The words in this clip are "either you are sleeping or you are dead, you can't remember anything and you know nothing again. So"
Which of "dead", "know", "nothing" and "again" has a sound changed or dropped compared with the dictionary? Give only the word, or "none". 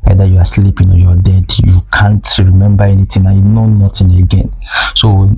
nothing